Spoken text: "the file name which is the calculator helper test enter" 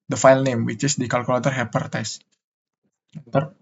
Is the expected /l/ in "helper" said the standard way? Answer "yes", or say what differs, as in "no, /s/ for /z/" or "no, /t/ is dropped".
no, /l/ is dropped